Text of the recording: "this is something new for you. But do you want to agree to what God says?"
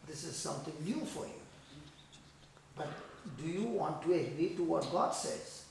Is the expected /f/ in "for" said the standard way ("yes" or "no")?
yes